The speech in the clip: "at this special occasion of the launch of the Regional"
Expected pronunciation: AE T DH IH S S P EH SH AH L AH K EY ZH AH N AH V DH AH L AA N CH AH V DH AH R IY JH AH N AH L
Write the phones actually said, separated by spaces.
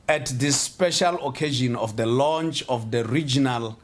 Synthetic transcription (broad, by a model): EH T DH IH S S P EH SH AH L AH K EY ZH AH N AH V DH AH L AA N CH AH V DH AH R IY JH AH N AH L